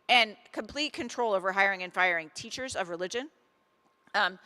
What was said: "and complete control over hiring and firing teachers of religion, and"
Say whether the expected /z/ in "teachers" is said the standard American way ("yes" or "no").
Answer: yes